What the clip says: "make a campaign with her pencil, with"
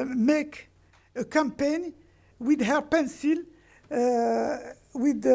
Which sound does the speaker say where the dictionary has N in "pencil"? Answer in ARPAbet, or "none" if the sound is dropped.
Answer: N